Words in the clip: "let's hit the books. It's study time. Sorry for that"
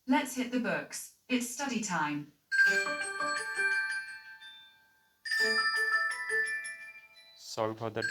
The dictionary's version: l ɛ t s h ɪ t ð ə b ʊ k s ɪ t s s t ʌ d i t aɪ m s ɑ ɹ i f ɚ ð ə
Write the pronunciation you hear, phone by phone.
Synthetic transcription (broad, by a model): l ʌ t s h ɪ t ð ə b ʊ k s ɪ t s s t ʌ d i t aɪ m s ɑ i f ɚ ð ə